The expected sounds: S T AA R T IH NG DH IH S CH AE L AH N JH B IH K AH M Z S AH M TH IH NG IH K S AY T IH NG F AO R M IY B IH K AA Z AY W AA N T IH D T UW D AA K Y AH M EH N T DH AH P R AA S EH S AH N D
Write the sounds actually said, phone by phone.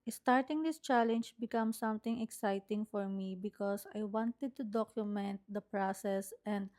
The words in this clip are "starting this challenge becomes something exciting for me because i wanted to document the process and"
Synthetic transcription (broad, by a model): S T AA R T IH NG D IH S CH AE L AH N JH B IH K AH M S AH M T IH NG IH K S AY T IH NG F AO R M IY B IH K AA S AY W AA N T IH D T UW D AA K Y AH M EH N T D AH P R AA S EH S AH N D